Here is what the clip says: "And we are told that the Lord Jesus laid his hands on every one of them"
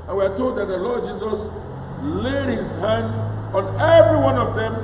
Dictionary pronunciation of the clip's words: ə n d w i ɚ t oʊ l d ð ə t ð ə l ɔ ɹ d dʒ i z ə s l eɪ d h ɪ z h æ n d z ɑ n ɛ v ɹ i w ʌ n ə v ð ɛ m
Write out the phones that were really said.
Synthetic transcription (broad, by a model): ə n w i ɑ t oʊ l d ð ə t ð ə l ɔ d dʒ i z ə s l eɪ d h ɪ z h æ n d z ɑ n ɛ v ɹ i w ʌ n ə v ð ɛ m